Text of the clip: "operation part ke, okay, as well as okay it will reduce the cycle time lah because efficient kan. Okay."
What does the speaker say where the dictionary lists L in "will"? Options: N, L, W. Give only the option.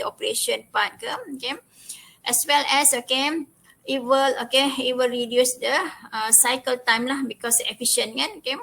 L